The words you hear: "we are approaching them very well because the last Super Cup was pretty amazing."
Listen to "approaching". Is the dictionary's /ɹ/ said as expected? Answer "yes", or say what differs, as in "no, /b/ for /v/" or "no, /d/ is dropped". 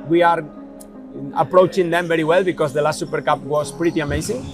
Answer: yes